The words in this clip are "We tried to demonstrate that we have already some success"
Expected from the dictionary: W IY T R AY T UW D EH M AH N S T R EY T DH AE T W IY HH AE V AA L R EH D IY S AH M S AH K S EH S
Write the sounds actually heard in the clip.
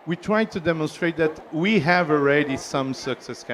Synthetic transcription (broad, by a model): W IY T R AY T UW D EH M AH N S T R EY T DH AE T W IY HH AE V AA L R EH D IY S AH M S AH K S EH S